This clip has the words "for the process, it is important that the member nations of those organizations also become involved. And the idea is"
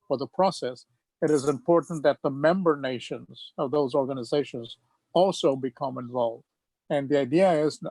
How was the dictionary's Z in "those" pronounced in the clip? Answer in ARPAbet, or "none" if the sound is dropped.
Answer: Z